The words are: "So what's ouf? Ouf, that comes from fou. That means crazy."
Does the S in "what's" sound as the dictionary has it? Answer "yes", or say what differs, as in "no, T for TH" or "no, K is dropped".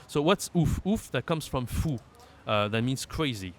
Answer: yes